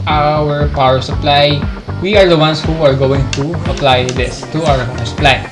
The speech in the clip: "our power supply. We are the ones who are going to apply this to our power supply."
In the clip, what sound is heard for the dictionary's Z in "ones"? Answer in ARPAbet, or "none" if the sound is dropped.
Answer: S